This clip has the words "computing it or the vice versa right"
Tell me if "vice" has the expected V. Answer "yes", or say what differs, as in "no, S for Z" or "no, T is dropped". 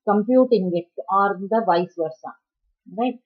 yes